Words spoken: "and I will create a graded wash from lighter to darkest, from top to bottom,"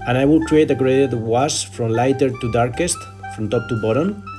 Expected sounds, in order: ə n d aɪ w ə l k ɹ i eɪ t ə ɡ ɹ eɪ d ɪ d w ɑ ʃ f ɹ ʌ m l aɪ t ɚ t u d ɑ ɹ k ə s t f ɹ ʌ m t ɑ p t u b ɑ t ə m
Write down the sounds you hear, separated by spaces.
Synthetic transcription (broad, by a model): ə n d aɪ w ə l k ɹ i eɪ t ə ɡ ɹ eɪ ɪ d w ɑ s f ɹ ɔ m l aɪ t ɚ t u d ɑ ɹ k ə s t f ɹ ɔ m t ɑ p t u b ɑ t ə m